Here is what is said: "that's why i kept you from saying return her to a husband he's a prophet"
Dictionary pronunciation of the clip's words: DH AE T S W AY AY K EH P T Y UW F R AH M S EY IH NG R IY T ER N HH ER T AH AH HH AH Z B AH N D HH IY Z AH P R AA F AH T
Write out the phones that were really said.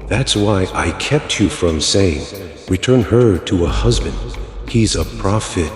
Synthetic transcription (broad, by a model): DH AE T S W AY AY K EH P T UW F R AH M S EY IH NG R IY T ER N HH ER T AH AH HH AH Z B AH N D HH IY Z AH P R AA F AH T